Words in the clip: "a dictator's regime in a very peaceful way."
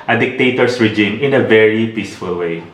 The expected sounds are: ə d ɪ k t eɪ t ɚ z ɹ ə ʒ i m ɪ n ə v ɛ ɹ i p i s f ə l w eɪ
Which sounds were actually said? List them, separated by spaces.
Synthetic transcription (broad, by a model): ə d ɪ k t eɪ t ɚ s ɹ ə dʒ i m ɪ n ə v ɛ ɹ i p i s f ə l w eɪ